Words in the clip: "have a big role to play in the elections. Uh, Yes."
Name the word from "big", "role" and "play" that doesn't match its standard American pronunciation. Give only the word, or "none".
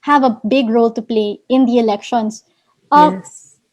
none